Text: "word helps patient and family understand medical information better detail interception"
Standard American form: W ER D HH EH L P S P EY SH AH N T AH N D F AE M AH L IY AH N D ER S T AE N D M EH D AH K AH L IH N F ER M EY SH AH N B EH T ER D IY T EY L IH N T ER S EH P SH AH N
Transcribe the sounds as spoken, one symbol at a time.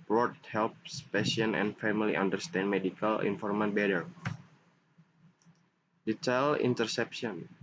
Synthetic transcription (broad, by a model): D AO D HH EH L P S P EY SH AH N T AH N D F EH M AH L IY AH N D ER S T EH N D M EH D AH K AH L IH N F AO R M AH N B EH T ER D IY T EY L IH N T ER S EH P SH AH N